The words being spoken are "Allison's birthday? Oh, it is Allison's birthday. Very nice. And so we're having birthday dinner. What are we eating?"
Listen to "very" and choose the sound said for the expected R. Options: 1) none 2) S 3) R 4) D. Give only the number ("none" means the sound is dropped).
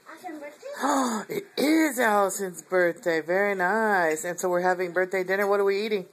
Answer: 3